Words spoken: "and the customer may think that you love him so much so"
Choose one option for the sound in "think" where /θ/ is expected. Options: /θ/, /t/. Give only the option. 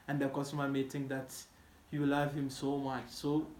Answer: /t/